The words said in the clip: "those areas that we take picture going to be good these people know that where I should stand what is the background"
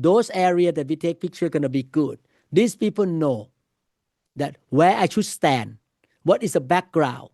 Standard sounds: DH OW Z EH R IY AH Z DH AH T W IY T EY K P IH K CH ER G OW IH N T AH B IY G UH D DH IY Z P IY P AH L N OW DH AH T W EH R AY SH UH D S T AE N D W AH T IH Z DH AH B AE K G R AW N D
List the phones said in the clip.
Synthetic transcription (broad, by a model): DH OW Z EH R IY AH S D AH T W IY T EY K P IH K CH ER G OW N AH B IY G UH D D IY S P IY P AH L N OW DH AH T W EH AY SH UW S T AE N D W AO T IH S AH B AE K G R AW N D